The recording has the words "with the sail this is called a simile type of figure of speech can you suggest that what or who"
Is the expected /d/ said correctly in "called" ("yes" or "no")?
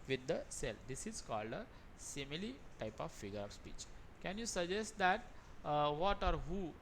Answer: yes